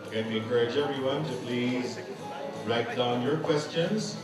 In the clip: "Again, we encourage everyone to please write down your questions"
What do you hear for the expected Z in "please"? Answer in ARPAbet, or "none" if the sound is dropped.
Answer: Z